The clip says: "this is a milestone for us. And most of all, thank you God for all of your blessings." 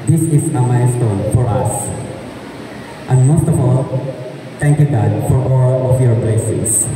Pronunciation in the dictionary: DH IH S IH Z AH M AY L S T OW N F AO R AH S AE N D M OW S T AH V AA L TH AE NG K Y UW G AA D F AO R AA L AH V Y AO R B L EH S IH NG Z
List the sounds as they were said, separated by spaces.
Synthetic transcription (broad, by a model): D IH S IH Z AH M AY S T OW N F AO R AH S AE N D M OW S T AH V AA L T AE NG K Y UW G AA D F AO R AA L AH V Y AO R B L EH S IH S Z